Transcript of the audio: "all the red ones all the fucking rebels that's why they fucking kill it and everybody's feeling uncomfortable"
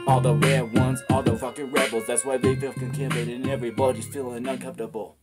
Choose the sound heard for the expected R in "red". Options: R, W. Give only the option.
W